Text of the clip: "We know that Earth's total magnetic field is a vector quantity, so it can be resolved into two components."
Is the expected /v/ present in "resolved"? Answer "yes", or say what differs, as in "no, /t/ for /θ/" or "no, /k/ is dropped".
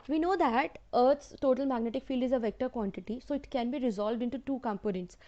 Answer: yes